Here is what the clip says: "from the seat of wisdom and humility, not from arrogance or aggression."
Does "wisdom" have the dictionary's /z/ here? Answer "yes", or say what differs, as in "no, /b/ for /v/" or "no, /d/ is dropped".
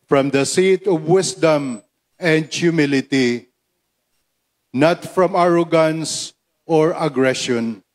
no, /s/ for /z/